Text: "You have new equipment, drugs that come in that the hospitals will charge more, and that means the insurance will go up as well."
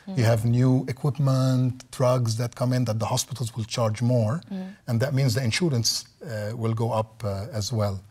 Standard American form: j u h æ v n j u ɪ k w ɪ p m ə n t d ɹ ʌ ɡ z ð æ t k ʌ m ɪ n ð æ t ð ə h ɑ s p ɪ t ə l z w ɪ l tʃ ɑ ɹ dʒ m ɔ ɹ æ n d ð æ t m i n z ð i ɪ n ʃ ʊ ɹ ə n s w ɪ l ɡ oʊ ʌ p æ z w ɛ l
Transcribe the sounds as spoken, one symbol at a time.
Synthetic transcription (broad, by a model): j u h æ v n j u ɪ k w ɪ p m ə n t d ɹ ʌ ɡ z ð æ t k ʌ m ɪ n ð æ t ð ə h ɑ s p ɪ t ə l z w ɪ l tʃ ɑ ɹ dʒ m ɔ ɹ æ n d ð æ t m i n z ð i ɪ n ʃ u ɹ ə n s w ɪ l ɡ oʊ ʌ p æ z w ɛ l